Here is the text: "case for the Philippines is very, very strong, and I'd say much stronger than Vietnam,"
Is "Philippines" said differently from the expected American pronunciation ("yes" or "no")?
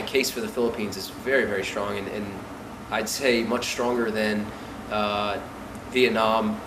no